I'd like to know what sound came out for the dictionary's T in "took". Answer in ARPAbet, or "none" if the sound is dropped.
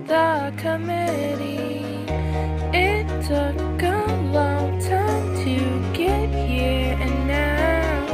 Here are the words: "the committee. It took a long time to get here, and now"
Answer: S